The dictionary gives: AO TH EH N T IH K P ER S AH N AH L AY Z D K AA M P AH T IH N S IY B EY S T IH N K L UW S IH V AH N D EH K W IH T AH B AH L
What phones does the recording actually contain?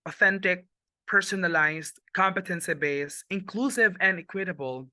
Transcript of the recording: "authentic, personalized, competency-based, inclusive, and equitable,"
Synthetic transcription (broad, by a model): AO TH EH N T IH K P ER S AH N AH L AY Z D K AA M P AH T IH N S IY B EY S IH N K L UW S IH V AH N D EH K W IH T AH B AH L